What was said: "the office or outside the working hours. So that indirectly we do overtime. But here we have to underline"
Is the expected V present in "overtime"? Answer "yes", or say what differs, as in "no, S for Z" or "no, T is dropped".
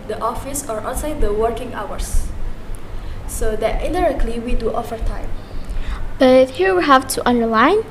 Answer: no, F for V